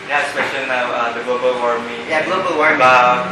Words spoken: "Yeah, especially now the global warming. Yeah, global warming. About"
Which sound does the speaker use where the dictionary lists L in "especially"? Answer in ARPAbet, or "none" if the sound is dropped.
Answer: N